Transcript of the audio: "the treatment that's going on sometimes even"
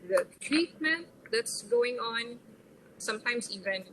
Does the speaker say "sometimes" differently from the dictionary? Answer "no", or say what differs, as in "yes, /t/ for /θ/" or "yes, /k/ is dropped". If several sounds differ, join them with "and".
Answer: yes, /s/ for /z/